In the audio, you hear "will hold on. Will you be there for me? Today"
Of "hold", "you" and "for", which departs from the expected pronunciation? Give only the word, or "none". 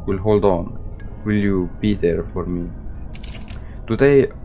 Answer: none